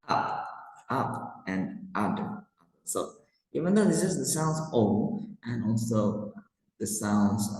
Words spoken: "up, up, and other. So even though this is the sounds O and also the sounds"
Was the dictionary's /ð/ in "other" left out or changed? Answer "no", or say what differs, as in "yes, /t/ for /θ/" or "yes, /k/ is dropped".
yes, /ð/ is dropped